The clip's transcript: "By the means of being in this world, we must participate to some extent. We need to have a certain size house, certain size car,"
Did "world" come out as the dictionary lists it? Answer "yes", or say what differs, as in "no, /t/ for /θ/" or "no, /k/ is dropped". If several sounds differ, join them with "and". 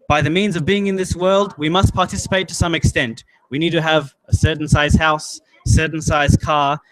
yes